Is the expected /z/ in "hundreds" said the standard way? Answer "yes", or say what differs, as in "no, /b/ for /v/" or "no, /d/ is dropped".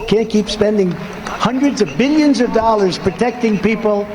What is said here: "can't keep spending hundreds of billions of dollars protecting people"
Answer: yes